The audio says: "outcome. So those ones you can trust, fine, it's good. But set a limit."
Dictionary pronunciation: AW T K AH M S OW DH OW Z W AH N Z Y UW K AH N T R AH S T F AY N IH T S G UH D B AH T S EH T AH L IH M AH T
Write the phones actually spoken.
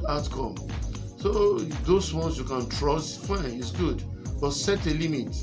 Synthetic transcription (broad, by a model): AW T K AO M S OW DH OW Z W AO N S Y UW K AH N T R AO S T F AY N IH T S G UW D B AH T S EH T AH L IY M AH T